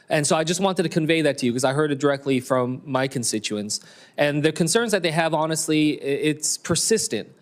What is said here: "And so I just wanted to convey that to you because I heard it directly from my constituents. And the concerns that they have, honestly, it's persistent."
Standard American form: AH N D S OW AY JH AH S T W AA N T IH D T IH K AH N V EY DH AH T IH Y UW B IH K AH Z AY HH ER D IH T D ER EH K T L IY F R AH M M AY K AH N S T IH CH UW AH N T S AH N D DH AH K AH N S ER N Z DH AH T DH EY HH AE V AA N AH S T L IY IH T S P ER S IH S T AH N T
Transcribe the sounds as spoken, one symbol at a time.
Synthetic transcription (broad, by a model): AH N S OW AY JH AH S T W AA N T IH D T IH K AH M V EY DH AH T IH Y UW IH K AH Z AY HH ER D IH T D ER EH K T L IY F R AH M M AY K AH N S T IH CH UW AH N S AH N DH AH K AH N S ER N Z DH AH T DH EY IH V AA N AH S T L IY IH T S P ER S IH S T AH N T